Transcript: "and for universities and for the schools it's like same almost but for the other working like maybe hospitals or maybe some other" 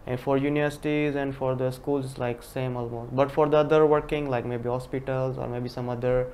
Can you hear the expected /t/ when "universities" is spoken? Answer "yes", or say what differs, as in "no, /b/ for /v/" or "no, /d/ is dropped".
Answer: yes